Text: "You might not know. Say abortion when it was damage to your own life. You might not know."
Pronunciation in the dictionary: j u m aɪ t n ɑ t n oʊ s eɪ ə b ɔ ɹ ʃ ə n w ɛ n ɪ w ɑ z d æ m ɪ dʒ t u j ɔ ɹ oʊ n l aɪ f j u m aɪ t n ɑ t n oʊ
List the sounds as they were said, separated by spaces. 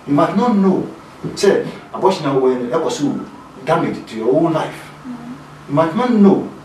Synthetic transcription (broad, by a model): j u m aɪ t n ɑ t n oʊ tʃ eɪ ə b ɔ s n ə w ɛ n ɪ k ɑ s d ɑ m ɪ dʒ t u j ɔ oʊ l l aɪ f j u m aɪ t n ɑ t n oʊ